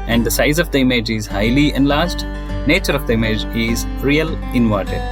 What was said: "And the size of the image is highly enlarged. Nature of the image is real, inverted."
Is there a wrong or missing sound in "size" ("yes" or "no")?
no